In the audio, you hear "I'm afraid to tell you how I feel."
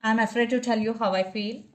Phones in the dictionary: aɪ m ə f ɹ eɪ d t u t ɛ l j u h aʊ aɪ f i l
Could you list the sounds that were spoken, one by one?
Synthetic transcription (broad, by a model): aɪ m ə f ɹ eɪ d t u t ɛ l j u h aʊ aɪ f i l